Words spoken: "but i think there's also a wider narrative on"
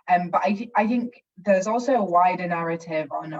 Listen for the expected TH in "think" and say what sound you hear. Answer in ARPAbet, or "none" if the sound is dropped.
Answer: TH